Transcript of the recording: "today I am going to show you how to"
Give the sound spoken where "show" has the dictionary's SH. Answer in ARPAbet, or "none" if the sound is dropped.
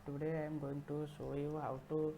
S